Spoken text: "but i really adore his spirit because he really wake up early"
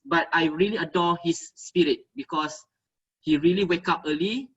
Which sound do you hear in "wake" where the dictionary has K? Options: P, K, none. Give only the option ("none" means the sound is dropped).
K